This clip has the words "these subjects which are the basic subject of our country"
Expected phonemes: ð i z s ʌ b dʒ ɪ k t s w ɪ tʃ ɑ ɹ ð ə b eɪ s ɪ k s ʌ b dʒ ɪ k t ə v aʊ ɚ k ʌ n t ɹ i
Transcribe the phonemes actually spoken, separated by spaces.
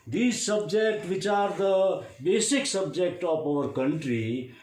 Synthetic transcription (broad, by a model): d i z s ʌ b dʒ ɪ k t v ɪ tʃ ɑ ɹ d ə b eɪ s ɪ k s ʌ b dʒ ɪ k t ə p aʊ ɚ k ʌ n t ɹ i